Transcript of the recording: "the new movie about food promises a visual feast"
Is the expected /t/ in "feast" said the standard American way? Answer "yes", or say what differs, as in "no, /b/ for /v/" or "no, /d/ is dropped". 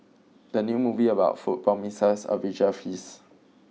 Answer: no, /t/ is dropped